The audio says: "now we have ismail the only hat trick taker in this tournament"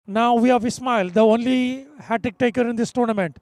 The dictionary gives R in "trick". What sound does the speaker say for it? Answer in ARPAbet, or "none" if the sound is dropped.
none